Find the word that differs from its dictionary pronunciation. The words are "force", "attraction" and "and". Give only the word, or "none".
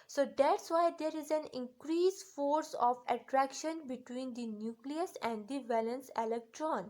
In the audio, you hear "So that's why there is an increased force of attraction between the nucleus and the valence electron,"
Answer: none